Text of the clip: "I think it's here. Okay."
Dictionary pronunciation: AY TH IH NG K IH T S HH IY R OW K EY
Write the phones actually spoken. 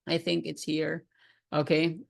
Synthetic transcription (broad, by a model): AY TH IH NG K IH T S HH IY R OW K EY